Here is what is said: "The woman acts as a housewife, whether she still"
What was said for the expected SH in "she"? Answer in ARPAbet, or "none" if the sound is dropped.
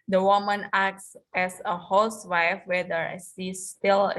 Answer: S